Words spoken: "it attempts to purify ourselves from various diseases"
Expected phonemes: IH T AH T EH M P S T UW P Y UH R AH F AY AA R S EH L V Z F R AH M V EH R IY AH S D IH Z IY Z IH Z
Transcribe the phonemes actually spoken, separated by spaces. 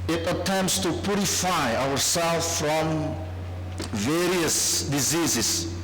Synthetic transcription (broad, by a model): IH T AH T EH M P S T UW P Y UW R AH F AY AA R S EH L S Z F R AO M V EH R IY AH S D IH Z IY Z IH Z